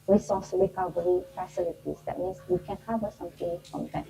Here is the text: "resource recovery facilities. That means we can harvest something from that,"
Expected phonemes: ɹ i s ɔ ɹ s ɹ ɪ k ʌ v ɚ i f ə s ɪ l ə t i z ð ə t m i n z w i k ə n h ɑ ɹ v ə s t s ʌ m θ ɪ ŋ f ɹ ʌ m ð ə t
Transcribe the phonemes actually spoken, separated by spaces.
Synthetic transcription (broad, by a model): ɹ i s ɔ s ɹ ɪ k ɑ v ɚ i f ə s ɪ l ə t i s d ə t m i n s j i k ə n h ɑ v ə t s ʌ m t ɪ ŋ f ɹ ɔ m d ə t